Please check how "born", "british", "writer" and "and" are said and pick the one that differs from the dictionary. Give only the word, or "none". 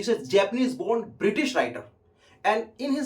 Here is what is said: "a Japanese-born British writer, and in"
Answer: none